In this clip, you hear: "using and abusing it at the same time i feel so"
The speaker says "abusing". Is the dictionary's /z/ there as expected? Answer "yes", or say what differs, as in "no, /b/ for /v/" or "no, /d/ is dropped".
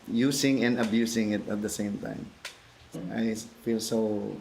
no, /s/ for /z/